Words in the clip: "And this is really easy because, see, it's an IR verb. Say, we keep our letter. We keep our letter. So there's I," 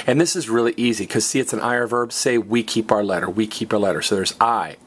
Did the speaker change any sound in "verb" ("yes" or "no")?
no